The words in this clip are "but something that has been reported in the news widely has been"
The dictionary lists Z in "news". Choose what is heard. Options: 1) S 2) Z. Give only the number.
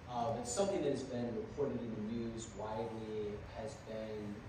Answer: 2